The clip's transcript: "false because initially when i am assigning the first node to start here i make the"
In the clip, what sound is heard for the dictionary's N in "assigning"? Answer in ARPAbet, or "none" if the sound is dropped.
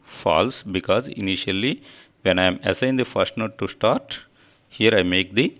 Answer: none